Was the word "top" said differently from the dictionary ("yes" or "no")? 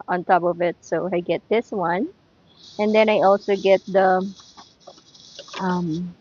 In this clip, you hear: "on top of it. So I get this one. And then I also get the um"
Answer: no